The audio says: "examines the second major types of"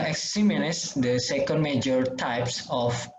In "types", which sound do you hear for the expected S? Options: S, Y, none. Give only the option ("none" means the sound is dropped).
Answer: S